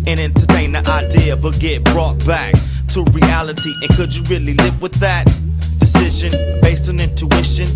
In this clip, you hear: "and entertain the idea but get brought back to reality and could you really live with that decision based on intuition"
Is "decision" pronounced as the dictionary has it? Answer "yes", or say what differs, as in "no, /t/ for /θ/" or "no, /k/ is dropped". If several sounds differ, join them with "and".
yes